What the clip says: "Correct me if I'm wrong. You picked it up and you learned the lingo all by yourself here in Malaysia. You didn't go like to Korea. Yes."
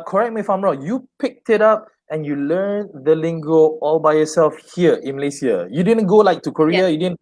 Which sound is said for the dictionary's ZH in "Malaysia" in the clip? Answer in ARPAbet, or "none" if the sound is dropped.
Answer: S